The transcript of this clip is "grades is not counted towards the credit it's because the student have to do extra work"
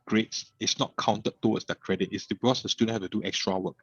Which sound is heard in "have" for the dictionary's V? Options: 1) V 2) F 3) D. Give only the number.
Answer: 2